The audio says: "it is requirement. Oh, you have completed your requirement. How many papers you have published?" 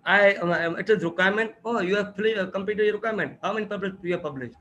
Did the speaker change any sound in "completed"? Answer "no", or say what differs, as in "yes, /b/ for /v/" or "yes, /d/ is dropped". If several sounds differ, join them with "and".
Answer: yes, /l/ is dropped